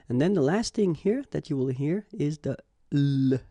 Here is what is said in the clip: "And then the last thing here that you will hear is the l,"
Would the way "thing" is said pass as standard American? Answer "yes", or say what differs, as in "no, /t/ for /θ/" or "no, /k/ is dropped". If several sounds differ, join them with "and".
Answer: yes